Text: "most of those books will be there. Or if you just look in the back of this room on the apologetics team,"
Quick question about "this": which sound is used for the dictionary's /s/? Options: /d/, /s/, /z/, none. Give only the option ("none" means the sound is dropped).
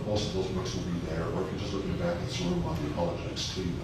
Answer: none